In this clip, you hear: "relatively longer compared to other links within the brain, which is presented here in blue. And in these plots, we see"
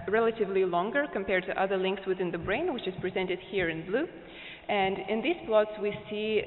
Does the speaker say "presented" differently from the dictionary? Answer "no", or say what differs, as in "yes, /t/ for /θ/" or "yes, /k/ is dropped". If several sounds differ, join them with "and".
no